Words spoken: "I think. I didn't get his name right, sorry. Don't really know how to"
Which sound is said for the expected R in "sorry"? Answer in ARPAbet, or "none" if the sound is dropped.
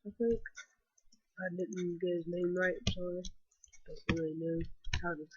none